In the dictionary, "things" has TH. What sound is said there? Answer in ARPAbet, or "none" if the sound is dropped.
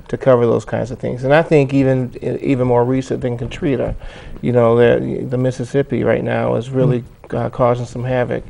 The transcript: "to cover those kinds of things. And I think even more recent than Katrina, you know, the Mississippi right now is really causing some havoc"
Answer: TH